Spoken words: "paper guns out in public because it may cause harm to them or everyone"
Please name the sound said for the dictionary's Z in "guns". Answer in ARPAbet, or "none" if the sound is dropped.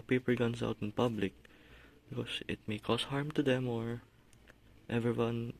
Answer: S